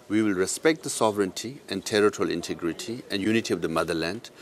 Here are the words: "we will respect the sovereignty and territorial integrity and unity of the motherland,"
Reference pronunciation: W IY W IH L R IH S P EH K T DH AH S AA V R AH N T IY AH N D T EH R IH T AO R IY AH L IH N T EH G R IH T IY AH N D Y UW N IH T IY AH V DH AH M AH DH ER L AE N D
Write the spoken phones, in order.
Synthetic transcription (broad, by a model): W IY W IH L R IH S P EH K T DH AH S AA V R AH N T IY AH N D T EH R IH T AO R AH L IH N T EH G R IH T IY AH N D Y UW N IH T IY AH V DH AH M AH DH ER L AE N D